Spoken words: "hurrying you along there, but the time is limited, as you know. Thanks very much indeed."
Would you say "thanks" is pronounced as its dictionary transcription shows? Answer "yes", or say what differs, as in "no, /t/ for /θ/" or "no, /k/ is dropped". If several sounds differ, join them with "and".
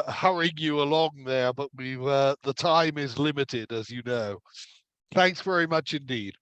yes